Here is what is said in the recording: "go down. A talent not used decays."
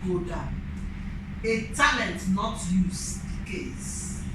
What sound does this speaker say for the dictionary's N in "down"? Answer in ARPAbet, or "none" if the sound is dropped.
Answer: none